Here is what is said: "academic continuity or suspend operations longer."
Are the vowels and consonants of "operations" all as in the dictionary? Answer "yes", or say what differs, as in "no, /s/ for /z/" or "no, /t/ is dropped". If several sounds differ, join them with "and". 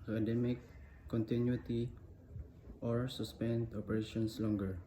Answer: no, /s/ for /z/